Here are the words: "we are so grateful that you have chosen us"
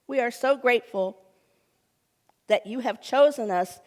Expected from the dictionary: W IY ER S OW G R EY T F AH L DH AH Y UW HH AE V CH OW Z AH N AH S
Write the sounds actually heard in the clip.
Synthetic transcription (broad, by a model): W IY ER S OW G R EY T F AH L DH AH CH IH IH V CH OW Z AH N AH S